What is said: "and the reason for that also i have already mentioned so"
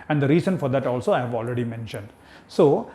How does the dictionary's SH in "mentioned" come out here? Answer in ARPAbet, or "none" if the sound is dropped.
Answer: SH